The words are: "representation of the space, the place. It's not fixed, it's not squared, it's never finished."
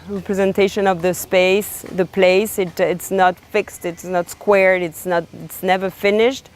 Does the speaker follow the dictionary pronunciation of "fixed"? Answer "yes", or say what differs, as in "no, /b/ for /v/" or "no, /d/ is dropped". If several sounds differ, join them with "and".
yes